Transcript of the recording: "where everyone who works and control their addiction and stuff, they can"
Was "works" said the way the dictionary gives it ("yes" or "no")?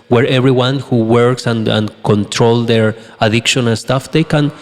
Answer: yes